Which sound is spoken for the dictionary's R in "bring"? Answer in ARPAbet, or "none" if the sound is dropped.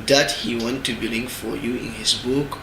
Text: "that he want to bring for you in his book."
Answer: L